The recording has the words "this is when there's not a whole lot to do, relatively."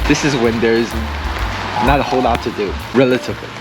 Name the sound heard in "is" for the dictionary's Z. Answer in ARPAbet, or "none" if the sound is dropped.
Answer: Z